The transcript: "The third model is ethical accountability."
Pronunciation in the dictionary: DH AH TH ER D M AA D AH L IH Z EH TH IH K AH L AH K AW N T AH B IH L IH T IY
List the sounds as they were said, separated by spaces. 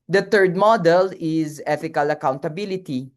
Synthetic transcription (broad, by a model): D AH T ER D M AA D AH L IH Z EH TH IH K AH L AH K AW N T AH B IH L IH T IY